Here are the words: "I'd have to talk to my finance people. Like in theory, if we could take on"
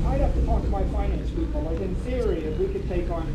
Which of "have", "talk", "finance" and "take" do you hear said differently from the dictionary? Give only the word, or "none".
have